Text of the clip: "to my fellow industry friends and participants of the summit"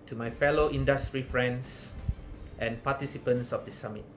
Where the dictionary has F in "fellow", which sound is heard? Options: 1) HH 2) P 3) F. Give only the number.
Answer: 3